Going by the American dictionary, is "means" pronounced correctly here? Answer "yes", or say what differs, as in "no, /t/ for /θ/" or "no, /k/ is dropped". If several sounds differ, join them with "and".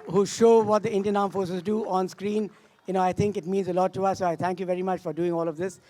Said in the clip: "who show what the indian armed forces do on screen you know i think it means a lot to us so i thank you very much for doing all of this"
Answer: yes